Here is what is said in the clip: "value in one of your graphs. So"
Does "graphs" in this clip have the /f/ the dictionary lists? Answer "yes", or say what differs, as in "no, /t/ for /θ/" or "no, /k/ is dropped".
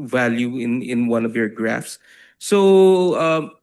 yes